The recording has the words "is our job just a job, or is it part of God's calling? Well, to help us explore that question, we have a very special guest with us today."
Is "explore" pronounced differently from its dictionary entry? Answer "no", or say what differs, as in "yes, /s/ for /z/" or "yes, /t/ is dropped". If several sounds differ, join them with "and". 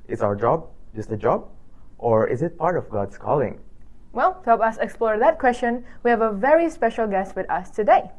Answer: no